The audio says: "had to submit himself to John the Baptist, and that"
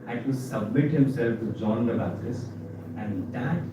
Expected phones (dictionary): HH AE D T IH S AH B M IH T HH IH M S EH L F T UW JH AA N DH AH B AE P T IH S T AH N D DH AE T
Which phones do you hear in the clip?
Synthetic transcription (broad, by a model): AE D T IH S AH B M IH T HH IH M S EH L F T UW JH AA N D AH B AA T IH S AH N D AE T